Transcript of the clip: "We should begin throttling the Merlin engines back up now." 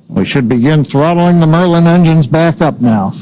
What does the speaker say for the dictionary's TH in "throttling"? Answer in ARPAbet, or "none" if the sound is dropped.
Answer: TH